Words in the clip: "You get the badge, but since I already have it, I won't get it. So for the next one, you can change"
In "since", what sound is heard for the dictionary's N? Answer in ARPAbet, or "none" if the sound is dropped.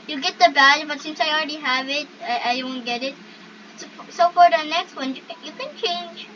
N